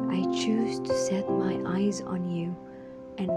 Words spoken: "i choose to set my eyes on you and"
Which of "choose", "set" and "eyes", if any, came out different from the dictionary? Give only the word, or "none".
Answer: none